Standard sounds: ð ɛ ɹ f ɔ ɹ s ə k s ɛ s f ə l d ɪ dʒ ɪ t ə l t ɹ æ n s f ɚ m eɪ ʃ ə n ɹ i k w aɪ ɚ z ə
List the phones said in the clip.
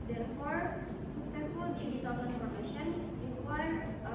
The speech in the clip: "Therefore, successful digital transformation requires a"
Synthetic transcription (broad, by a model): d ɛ ɹ f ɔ ɹ s ə k s ɛ s f ə l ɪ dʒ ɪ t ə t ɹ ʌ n f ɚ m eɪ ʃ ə n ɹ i k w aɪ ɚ ə